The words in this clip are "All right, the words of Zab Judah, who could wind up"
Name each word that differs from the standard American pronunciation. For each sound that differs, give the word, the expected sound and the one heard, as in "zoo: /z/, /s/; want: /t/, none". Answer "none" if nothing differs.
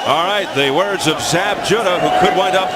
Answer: none